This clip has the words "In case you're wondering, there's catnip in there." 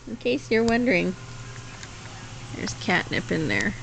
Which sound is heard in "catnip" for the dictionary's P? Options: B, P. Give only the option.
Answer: P